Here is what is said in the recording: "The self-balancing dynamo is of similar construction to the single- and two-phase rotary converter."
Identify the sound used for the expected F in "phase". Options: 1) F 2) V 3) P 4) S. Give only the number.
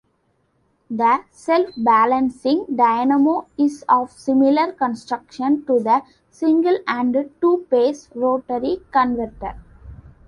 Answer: 3